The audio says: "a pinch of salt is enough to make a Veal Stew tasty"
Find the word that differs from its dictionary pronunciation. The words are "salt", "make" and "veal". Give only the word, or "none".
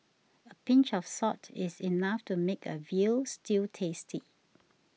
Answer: salt